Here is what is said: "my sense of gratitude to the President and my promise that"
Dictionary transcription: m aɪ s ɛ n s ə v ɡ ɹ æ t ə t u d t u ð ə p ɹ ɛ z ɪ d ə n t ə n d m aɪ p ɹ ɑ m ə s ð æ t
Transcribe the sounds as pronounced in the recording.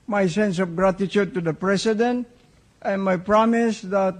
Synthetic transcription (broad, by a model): m aɪ s ɛ n s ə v ɡ ɹ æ t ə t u d t u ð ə p ɹ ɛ s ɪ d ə n t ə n m aɪ p ɹ ɑ m ə s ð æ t